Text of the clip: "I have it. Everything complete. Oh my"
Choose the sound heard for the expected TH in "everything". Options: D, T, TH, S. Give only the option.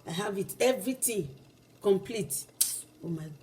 T